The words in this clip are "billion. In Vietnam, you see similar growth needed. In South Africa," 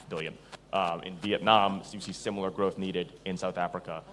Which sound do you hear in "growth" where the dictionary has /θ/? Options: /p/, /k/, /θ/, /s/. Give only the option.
/θ/